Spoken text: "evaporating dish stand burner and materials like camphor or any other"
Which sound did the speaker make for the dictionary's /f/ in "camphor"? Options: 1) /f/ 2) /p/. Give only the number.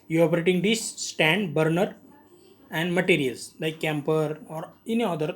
2